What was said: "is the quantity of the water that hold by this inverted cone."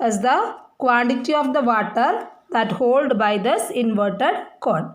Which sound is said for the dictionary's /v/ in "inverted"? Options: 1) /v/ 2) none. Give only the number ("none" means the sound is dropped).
1